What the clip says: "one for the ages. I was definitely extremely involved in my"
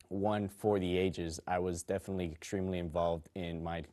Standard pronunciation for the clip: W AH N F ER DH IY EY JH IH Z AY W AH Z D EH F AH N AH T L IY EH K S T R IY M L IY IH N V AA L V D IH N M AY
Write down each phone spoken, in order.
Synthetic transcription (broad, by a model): W AH N F ER DH IY EY JH IH Z AY W AH Z D EH F AH N AH T L IY EH K S T R IY M L IY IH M V AA L V D IH N M AY